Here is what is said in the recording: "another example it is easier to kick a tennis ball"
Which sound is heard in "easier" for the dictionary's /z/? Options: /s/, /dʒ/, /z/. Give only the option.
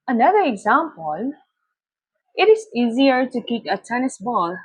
/z/